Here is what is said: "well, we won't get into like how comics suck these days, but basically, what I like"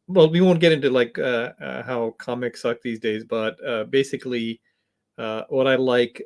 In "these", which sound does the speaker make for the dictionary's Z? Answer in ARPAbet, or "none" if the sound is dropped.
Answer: Z